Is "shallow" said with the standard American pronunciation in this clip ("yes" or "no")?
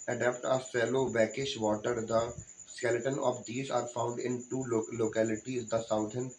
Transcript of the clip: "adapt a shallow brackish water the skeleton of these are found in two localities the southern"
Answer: no